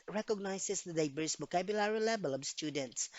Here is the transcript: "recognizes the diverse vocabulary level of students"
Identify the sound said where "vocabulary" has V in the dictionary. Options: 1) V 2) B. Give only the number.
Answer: 2